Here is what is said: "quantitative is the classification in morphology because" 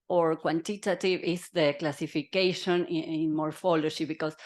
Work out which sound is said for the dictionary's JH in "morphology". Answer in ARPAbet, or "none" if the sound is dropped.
SH